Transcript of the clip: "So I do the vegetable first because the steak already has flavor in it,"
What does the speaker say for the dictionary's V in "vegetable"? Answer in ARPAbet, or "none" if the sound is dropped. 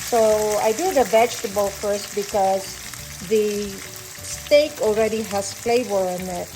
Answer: B